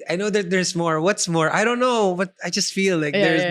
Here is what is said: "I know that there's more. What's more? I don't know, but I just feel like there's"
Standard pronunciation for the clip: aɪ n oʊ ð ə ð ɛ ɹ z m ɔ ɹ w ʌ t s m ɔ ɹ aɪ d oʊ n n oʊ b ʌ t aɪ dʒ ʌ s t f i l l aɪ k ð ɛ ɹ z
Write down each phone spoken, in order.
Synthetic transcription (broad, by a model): aɪ n oʊ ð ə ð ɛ ɹ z m ɔ ɹ w ʌ t s m ɔ ɹ aɪ d oʊ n n oʊ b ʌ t aɪ dʒ ʌ s t f i l l aɪ k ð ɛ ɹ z